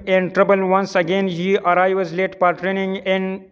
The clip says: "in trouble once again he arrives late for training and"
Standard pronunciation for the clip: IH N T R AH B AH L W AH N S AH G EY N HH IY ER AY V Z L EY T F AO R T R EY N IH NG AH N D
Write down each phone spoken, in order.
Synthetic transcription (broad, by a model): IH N T R AH B AH L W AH N S AH G EY N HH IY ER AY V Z L EY T P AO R T R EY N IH NG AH N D